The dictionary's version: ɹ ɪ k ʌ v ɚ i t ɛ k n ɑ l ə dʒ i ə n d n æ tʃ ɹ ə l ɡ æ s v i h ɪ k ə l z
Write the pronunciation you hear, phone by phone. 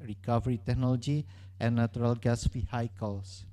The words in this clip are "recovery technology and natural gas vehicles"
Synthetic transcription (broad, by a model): ɹ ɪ k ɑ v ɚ i t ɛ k n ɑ l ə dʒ i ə n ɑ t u ɹ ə l ɡ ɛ s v i h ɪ k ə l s